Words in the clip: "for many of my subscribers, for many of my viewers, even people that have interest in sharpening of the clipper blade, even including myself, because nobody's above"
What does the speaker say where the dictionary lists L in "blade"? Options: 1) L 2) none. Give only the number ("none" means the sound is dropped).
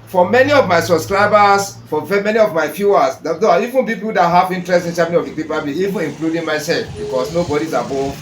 2